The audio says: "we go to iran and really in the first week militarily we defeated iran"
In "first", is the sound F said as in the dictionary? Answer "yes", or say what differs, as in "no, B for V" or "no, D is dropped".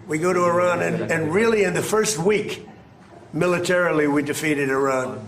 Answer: yes